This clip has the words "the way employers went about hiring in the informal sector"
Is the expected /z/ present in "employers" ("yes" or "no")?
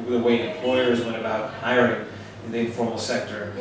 yes